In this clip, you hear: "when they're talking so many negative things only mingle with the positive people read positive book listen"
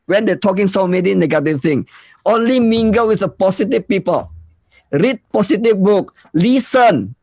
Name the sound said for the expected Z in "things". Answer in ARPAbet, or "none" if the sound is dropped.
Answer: none